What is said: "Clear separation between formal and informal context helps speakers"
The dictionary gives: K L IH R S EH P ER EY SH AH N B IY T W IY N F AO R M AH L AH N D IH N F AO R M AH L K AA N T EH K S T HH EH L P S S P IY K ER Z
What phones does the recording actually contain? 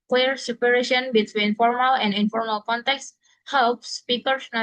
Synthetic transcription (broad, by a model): K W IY R S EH P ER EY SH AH N B IY T W IY N F AO R M AH L AH N D IH N F AO R M AH L K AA N T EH K S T HH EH L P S S P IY K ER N